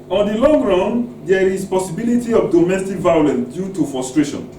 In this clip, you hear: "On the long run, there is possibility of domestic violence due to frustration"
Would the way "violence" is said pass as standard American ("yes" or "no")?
yes